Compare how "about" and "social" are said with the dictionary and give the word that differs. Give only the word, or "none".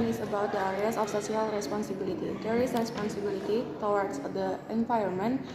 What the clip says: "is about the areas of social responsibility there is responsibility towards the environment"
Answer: social